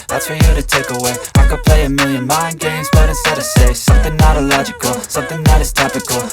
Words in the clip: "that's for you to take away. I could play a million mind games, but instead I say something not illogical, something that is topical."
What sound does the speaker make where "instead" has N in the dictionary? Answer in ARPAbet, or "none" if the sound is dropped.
none